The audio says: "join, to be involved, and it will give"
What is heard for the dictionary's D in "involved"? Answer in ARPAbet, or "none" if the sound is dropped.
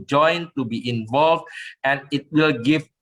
D